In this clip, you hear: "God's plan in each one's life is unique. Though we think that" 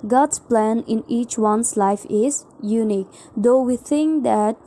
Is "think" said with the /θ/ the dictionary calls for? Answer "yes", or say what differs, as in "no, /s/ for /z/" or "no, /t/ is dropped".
no, /t/ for /θ/